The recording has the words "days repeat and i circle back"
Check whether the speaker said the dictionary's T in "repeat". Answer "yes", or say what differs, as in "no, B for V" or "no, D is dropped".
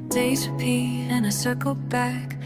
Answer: no, T is dropped